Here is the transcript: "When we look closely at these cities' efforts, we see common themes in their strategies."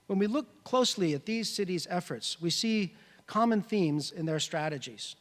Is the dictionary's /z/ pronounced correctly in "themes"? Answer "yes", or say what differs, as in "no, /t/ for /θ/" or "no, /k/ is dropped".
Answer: yes